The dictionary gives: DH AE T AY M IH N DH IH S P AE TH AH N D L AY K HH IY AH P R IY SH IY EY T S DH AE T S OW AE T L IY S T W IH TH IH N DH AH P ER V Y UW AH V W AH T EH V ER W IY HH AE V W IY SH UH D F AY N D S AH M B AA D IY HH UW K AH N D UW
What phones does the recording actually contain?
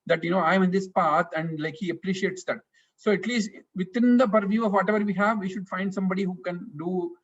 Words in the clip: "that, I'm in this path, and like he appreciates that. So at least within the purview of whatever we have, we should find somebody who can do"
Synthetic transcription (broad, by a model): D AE T AY M IH N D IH S P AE T AH N D L AY K HH IY AH P R IY SH IY EY T S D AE T S OW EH T L IY S T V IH T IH N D AH P ER V Y UW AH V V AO T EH V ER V IY HH AE V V IY SH UH D F AY N D S AH M B AA D IY HH UW K AH N D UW